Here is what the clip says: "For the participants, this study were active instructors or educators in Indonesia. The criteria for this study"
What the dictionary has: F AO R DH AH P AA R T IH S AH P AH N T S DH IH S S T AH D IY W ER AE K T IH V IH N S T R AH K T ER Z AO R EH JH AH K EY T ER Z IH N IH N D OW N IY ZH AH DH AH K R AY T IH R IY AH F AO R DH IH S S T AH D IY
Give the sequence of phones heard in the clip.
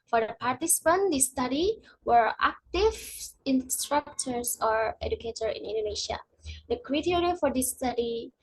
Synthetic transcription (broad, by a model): F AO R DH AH P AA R T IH S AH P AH N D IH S S T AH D IY W ER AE K T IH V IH N S T R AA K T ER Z AO R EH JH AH K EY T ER IH N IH N D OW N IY SH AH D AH K R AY T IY R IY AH F AO R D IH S S T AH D IY